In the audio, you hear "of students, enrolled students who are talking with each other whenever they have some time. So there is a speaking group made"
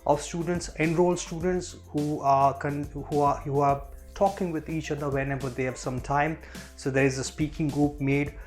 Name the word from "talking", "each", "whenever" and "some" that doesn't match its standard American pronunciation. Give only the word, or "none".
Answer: whenever